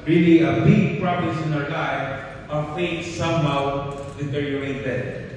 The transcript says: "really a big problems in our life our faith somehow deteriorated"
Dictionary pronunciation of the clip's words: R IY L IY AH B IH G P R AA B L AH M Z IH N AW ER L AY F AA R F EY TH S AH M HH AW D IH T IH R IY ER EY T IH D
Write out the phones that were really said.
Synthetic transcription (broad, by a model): R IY L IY AH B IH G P R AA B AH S IH N AW ER L AY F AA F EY T S AH M HH AW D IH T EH R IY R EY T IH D